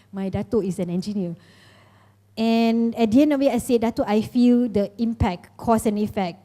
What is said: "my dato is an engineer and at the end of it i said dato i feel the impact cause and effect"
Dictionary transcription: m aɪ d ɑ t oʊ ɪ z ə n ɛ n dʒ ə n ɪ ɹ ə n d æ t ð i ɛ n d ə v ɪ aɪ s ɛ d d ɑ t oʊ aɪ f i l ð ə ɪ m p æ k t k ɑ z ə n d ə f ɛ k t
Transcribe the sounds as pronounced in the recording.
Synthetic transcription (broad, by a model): m aɪ d ɑ t oʊ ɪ s ə n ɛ n dʒ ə n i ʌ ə n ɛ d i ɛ n ə w ɪ aɪ s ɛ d d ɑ t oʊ aɪ f i l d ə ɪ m p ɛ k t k ɑ s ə n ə f ɛ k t